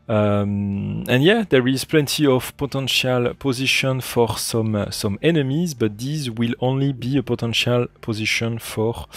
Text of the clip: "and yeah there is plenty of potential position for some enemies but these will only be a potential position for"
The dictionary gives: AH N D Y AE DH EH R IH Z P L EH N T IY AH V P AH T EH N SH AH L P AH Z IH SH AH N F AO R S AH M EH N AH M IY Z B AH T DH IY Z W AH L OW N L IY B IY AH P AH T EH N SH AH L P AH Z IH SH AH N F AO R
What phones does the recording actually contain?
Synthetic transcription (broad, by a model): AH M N Y AE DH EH R IH Z P L EH N T IY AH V P AH T EH N SH AH L P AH Z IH SH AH N F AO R S AH M EH N AH M IY Z B AH T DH IY Z W AH L OW N L IY B IY AH P AH T EH N SH AH L P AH Z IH SH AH N F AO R